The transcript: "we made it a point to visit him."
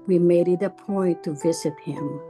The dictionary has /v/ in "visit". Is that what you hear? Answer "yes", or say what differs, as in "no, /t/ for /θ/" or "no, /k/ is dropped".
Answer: yes